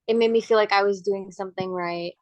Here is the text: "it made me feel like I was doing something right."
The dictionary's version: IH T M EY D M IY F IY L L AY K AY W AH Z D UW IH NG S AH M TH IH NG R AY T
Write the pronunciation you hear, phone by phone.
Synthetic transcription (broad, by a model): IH T M EY D M IY F IY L L AY K AY W AH Z D UW IH NG S AH M TH IH NG R AY T